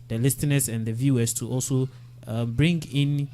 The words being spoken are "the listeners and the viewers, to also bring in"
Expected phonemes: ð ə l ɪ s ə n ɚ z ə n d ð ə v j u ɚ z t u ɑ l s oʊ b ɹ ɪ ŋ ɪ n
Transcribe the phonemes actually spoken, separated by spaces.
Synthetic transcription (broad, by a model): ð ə l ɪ s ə n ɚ s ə n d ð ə v j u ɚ s t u ɑ l s oʊ b ɹ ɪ ŋ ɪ n